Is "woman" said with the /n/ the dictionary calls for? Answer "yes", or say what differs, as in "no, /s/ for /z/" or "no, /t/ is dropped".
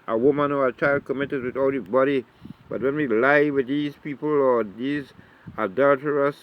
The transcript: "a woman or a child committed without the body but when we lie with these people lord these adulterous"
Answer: yes